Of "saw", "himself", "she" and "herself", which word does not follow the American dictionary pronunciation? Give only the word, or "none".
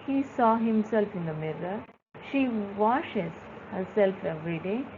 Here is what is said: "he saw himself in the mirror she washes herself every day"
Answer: none